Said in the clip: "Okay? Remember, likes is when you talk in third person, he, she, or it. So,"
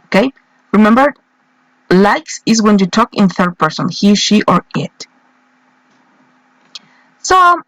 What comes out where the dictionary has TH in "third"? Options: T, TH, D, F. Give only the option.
TH